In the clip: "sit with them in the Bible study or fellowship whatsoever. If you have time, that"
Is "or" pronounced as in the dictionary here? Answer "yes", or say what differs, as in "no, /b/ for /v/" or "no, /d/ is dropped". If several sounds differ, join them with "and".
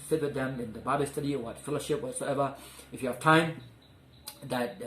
no, /w/ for /ɹ/